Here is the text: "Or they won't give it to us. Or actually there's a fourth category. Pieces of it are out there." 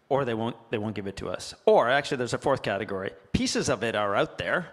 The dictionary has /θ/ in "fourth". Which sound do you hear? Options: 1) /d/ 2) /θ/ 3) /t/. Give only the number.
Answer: 2